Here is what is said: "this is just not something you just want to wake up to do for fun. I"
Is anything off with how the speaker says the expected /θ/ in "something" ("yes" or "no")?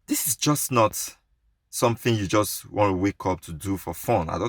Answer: no